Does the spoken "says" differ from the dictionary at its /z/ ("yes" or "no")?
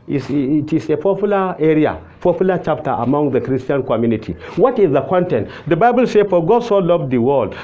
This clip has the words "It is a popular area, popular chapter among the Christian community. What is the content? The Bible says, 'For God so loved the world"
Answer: yes